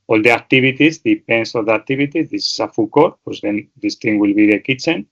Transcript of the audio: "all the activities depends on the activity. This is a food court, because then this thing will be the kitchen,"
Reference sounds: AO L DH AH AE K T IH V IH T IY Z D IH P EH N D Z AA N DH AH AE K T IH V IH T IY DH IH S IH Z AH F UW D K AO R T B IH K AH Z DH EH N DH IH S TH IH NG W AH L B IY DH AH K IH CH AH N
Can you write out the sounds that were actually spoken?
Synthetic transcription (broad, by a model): AO L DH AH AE K T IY B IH T IY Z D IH P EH N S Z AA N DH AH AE K T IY B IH T IY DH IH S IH S AH F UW K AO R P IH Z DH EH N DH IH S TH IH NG W AH L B IY DH AH K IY CH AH N